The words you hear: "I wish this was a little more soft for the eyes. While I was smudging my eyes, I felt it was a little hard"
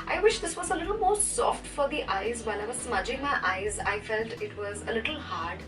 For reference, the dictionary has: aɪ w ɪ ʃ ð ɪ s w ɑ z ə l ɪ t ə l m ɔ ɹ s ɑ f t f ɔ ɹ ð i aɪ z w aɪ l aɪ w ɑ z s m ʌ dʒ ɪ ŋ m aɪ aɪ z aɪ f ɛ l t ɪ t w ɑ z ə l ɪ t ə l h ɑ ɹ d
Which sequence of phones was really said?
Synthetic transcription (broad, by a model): aɪ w ɪ ʃ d ɪ s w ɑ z ə l ɪ t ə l m ɔ ɹ s ɑ f t f ɔ ɹ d i aɪ z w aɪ n aɪ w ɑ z s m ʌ dʒ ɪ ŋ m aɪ aɪ z aɪ f ɛ l t ɪ t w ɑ z ə l ɪ t ə l h ɑ ɹ d